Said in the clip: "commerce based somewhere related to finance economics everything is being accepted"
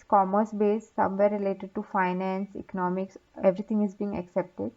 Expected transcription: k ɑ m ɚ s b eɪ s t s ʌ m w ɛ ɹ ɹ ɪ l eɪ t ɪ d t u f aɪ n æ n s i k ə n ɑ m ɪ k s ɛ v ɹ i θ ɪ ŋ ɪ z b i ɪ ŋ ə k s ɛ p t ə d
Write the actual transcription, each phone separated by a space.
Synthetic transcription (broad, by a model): k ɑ m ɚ s b eɪ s s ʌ m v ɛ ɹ ɹ ɪ l eɪ t ɪ d t u f aɪ n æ n s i k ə n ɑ m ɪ k s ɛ v ɹ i t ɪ ŋ ɪ z b i ŋ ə k s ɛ p t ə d